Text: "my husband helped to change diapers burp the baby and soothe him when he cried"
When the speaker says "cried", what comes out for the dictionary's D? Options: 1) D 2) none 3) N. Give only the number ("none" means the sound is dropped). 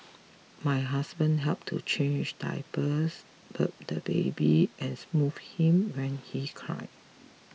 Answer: 2